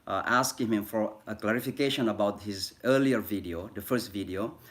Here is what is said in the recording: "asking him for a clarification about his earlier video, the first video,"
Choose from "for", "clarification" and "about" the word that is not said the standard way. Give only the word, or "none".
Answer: none